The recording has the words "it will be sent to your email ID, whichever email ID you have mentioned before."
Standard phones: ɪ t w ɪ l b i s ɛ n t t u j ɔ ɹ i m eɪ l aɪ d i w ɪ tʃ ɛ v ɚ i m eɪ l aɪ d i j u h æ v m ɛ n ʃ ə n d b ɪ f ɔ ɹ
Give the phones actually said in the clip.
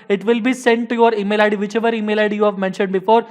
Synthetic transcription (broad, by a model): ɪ t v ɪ l b i s ɛ n t t u j ɔ ɹ i m eɪ l aɪ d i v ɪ tʃ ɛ v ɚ i m eɪ l aɪ d i j u h æ v m ɛ n ʃ ə n d b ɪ f ɔ ɹ